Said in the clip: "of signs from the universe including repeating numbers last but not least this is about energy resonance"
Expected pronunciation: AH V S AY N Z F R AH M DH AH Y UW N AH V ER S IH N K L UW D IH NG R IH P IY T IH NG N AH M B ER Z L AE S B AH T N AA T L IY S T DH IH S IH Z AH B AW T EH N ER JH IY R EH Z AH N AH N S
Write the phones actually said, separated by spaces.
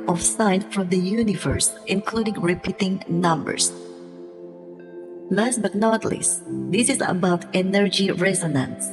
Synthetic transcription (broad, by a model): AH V S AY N F R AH M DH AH Y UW N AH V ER S IH N K L UW D IH NG R IH P IY T IH NG N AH M B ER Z L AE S B AH T N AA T L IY S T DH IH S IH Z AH B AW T EH N ER JH IY R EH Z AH N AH N S